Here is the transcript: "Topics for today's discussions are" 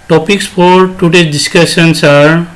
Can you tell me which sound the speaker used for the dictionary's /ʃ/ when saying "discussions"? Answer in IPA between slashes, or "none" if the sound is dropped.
/s/